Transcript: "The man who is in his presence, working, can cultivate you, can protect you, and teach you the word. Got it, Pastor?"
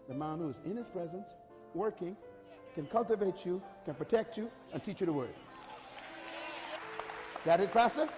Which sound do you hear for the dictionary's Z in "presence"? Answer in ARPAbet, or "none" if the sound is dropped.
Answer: Z